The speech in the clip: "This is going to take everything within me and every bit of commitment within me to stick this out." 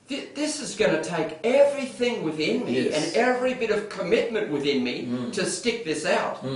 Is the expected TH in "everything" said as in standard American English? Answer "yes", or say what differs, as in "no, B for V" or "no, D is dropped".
yes